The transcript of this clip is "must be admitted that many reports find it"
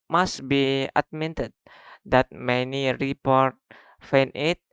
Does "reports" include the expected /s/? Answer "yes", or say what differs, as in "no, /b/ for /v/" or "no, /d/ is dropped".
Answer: no, /s/ is dropped